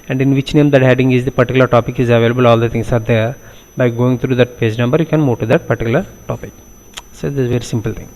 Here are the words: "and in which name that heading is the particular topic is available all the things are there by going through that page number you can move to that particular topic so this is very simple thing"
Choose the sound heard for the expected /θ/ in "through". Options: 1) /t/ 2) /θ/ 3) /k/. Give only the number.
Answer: 1